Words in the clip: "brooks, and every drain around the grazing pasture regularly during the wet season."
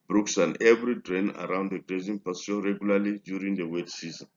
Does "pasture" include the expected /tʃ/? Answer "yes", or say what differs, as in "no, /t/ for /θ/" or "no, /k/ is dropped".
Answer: no, /tʃ/ is dropped